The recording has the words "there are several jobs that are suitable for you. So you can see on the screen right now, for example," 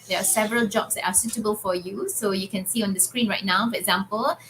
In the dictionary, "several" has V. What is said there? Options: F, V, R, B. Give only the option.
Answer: V